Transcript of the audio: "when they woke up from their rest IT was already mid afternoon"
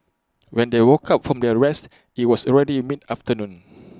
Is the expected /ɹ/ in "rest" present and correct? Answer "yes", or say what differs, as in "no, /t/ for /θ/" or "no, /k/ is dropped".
yes